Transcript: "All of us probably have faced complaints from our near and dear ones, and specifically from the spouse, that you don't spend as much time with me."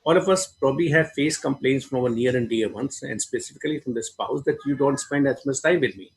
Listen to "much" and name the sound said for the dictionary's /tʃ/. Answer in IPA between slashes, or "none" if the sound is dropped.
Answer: /s/